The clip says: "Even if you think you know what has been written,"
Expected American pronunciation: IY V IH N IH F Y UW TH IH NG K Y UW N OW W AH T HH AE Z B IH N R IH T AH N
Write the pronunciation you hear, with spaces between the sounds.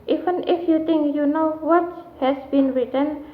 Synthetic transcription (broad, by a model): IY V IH N IH F Y UW T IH NG K Y UW N OW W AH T HH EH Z B IH N R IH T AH N